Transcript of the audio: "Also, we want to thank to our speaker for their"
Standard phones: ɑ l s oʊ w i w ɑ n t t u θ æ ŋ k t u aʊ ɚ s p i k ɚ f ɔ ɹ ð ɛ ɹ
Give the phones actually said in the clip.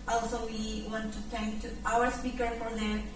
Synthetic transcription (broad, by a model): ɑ l s oʊ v i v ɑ n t t u t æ ŋ k t u aʊ ɚ s p i k ɚ f ɔ ɹ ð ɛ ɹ